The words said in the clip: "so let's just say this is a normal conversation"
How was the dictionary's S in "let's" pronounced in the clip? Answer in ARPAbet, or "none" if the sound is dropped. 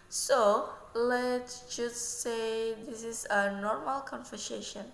none